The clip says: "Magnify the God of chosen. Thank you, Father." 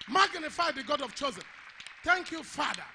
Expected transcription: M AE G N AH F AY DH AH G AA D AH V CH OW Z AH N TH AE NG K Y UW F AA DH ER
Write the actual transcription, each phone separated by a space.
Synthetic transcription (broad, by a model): M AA G N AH F AY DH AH G AA D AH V CH OW Z AH N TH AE NG K Y UW F AA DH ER